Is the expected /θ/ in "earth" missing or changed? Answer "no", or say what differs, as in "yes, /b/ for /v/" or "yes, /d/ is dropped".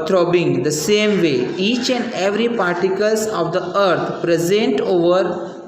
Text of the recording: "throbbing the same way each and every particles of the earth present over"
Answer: yes, /t/ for /θ/